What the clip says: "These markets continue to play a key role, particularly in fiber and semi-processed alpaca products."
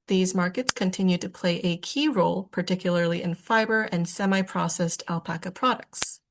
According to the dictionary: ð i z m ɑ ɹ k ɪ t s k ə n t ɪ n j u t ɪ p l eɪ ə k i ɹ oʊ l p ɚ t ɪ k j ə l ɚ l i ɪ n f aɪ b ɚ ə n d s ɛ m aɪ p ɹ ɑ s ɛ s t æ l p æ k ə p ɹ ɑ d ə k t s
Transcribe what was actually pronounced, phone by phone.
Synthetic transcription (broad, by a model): ð i z m ɑ ɹ k ɪ t s k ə n t ɪ n j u t ɪ p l eɪ ə k i ɹ oʊ l p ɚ t ɪ k j l ɚ l i ɪ n f aɪ b ɚ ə n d s ɛ m aɪ p ɹ ɑ s ɛ s t æ l p æ k ə p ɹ ɑ d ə k t s